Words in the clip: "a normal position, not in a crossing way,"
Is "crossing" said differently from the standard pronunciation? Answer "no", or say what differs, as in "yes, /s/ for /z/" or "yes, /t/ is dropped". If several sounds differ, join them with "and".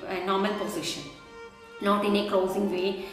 yes, /ɹ/ is dropped